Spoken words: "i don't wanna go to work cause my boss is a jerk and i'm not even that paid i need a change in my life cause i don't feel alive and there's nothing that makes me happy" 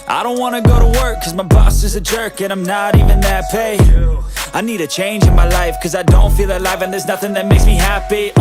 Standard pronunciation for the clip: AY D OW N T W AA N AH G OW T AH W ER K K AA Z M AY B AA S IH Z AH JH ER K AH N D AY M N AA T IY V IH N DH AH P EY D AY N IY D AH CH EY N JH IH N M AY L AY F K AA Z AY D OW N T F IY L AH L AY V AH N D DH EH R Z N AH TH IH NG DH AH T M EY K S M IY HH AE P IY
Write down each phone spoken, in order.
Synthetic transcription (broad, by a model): AY D OW N T W AA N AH G OW T AH W ER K K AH Z M AY B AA S IH Z AH JH ER K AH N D AY M N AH T IY V IH N DH AH P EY AY N IY D AH CH EY N JH IH N M AY L AY F K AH Z AY D OW N T F IY L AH L AY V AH N DH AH R Z N AH TH IH NG DH AH T M EY K S M IY HH AE P IY